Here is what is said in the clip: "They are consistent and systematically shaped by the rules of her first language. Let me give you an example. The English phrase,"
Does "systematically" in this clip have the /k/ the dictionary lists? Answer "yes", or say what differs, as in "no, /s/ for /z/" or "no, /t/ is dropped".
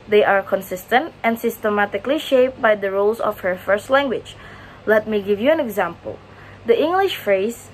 yes